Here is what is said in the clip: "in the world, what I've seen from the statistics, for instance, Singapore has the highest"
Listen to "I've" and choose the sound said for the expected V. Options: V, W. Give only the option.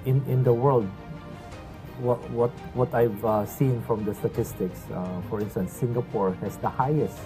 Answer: V